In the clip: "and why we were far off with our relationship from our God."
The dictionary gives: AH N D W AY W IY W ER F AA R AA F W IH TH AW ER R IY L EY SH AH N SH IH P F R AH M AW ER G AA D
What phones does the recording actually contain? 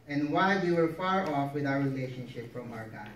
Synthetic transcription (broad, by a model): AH N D W AY W IY W ER F AA R AA F W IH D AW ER R IY L EY SH AH N SH IH P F R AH M AW ER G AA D